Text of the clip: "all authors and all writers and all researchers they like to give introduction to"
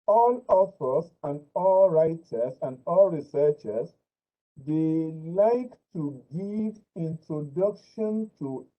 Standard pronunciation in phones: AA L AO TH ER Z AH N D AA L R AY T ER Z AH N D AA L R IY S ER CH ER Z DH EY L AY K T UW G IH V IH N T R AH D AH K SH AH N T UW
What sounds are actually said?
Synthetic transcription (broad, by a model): AA L AO F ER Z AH N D AA L R AY T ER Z AH N D AA L R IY S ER CH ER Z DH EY L AY K T UW G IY V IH N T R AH D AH K SH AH N T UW